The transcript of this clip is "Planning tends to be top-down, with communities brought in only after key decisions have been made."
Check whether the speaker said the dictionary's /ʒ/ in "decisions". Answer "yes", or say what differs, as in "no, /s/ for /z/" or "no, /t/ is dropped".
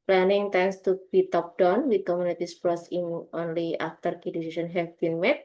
no, /s/ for /ʒ/